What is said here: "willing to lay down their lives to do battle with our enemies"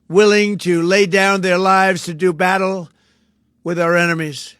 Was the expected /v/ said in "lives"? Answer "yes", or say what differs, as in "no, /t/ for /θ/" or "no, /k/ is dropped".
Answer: yes